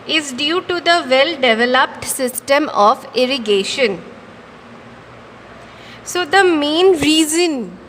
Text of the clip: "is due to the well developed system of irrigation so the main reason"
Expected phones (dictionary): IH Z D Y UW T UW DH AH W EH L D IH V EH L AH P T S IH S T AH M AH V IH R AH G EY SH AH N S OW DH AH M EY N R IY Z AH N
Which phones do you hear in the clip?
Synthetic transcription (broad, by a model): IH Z D Y UW T UW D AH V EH L D IH V EH L AH P T S IH S T AH M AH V IH R AH G EY SH AH N S OW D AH M EY N R IY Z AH N